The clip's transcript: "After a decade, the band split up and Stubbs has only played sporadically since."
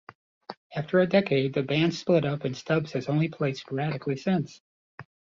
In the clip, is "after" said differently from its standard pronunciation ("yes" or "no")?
no